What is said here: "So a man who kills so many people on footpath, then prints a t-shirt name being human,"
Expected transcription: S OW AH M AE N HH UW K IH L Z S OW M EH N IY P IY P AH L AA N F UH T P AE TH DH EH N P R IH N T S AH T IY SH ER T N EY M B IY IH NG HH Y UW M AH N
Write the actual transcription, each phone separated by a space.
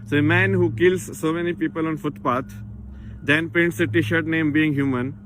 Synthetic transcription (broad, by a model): S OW AH M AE N HH UW K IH L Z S OW M EH N IY P IY P AH L AA N F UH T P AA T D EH N P EH N T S AH T IY SH ER T N EY M B IY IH NG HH Y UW M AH N